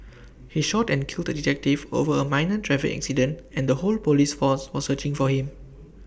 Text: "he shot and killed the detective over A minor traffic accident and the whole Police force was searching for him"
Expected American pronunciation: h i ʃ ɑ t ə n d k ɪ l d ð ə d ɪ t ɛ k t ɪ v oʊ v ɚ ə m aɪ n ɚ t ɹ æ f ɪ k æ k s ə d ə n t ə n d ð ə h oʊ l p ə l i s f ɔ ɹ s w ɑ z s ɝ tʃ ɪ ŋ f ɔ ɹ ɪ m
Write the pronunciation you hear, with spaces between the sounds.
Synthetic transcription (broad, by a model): h i ʃ ɑ t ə n k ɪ l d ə d ɪ t ɛ k t ɪ v oʊ v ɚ ə m aɪ n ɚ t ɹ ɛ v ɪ æ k s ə d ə n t ə n d ə h oʊ l p ə l i s f ɔ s w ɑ s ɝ tʃ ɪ ŋ f ɔ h ɪ m